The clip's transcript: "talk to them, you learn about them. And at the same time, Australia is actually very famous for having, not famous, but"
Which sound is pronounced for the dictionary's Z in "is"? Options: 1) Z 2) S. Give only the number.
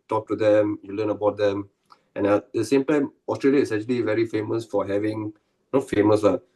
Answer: 2